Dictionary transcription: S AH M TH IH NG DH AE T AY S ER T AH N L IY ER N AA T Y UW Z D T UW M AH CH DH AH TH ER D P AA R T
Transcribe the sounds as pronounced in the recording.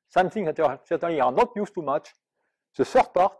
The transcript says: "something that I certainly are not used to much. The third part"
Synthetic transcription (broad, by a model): S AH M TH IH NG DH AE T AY S ER T AH N L IY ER N AA T Y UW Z T UW M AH CH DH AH S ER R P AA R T